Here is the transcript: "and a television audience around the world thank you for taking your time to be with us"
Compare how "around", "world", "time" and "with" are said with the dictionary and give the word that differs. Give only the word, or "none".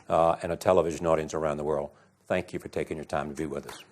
none